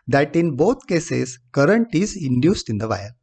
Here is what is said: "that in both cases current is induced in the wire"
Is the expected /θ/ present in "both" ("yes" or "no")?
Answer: no